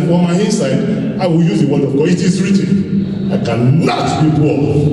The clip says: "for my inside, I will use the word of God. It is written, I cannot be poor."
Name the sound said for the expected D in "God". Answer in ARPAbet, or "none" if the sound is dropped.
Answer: none